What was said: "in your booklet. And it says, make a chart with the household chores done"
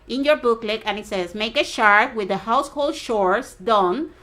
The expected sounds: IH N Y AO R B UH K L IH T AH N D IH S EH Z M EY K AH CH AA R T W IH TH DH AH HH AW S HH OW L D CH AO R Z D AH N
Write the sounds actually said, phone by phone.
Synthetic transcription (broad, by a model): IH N Y AO R B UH K L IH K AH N IH S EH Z M EY K AH SH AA R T W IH DH AH HH AW S HH OW L D SH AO R S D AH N